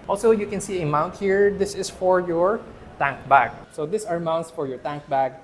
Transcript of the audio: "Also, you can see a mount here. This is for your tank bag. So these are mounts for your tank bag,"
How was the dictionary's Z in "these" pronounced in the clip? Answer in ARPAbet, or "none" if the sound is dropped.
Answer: S